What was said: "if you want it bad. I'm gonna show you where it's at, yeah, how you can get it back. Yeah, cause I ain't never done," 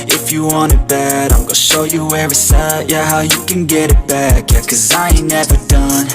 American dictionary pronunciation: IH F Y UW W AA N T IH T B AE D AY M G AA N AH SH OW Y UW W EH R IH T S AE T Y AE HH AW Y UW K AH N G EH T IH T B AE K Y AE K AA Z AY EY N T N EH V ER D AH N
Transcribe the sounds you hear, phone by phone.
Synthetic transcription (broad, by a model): IH F Y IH W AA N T IH T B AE D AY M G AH SH OW Y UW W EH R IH S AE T Y AE HH AW Y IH K AH N G EH T IH T B AE K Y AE K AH Z AY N N EH V ER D AH N